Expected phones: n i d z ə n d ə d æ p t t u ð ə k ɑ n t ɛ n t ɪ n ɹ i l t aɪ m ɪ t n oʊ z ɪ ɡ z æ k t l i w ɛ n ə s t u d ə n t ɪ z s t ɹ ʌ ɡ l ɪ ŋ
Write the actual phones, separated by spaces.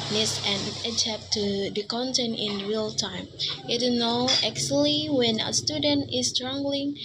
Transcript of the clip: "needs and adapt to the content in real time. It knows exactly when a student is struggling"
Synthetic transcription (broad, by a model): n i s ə n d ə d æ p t t u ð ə k ɑ n t ɛ n t ɪ n ɹ i l t aɪ m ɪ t n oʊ ɪ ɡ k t l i w ɛ n ə s t u d ə n t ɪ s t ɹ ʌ ɡ l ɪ ŋ